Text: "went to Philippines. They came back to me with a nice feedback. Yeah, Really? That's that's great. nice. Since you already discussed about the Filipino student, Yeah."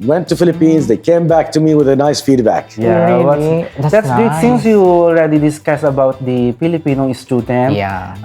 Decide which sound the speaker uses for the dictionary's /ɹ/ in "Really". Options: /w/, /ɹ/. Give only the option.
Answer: /w/